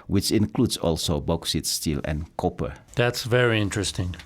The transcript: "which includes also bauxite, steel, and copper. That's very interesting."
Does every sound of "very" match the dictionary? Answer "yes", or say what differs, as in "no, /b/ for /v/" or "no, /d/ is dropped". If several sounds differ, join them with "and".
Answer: yes